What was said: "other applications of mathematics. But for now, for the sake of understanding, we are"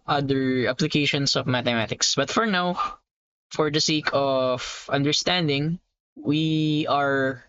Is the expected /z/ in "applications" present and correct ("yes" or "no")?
no